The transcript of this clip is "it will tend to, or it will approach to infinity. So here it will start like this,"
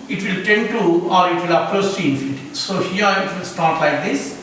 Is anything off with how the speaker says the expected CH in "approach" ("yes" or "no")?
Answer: yes